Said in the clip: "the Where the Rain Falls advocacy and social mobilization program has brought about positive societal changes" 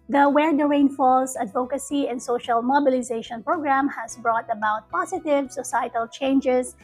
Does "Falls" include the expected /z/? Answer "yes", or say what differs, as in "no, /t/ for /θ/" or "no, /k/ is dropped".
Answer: no, /s/ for /z/